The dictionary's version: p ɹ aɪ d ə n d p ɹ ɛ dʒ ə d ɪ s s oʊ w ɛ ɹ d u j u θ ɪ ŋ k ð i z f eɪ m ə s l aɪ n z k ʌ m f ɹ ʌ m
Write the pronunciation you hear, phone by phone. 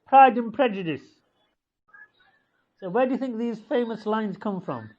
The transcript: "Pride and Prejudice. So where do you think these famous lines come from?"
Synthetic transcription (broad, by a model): p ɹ aɪ d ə n p ɹ ɛ dʒ ə d ɪ s s oʊ w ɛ d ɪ j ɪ θ ɪ ŋ k ð i z f eɪ m ə s l aɪ n z k ʌ m f ɹ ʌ m